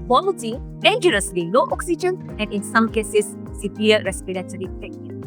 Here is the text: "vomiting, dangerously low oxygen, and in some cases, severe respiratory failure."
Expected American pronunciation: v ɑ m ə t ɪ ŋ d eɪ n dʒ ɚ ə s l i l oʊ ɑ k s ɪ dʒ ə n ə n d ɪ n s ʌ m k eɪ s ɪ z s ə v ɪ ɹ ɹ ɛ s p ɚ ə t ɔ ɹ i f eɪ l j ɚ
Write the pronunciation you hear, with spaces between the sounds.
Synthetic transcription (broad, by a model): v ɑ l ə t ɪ d eɪ n dʒ ɚ ə s l i n oʊ ɑ k s ɪ dʒ ə n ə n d ɪ n s ʌ m k eɪ s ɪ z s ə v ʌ ɹ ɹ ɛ s p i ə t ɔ ɹ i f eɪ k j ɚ